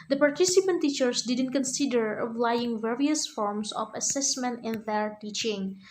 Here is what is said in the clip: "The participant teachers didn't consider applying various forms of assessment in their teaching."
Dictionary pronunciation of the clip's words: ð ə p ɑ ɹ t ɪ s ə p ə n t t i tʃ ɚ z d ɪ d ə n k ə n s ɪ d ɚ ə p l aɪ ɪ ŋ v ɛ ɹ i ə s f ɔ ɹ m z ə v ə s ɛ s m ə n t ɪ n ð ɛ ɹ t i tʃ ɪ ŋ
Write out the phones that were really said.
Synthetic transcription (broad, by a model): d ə p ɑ ɹ t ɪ s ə p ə n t t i tʃ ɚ s d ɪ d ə n k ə n s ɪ d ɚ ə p l aɪ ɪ ŋ v ɛ ɹ i ə s f ɔ ɹ m s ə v ə s ɛ s m ə n t ɪ n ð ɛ ɹ t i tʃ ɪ ŋ